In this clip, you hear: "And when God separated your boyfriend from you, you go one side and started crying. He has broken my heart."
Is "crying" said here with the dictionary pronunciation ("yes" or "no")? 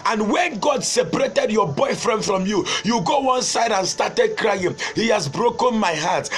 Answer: yes